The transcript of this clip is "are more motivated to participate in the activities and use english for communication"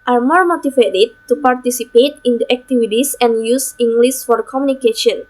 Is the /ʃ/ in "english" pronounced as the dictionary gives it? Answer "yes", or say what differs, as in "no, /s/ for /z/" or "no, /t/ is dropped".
no, /s/ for /ʃ/